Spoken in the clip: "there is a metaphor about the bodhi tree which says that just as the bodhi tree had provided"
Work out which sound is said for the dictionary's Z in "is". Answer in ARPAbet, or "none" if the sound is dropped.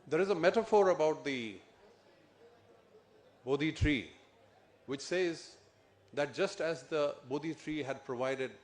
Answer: Z